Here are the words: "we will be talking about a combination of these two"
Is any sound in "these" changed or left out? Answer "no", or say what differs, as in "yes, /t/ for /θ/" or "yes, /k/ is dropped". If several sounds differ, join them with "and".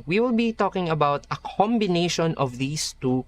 yes, /s/ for /z/